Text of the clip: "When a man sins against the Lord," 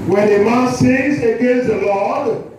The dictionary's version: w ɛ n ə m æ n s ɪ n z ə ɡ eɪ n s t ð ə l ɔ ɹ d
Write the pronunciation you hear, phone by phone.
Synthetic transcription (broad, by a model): w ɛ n ə m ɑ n s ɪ z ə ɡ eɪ n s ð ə l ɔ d